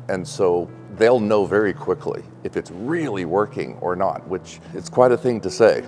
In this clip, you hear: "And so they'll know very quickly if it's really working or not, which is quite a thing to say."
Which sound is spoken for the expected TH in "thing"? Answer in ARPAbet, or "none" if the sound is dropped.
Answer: TH